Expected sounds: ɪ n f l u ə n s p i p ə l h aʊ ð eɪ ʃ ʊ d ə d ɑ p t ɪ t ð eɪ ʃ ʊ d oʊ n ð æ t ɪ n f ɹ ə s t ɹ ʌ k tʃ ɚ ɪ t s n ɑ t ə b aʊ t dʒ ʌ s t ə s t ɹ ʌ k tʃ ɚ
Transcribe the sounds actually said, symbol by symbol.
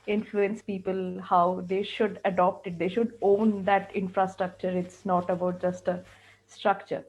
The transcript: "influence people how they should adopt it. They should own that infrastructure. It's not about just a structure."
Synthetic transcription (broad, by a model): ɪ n f l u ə n s p i p ə l h aʊ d eɪ ʃ ʊ d ə d ɑ p t ɪ t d eɪ ʃ ʊ d oʊ n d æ t ɪ n f ɹ ə s t ɹ ʌ k tʃ ɚ ɪ t s n ɑ t ə b aʊ t dʒ ʌ s t ə s t ɹ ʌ k tʃ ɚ